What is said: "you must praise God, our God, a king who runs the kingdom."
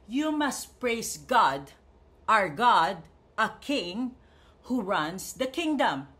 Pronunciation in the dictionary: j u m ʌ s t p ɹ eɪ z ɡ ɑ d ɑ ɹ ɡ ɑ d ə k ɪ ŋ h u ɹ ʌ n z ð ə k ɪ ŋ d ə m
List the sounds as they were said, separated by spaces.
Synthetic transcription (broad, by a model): j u m ʌ s t p ɹ eɪ s ɡ ɑ d ɑ ɹ ɡ ɑ d ə k ɪ ŋ h u ɹ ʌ n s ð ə k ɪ ŋ d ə m